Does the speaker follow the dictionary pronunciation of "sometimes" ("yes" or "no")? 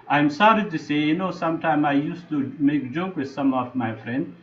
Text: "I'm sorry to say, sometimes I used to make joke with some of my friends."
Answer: no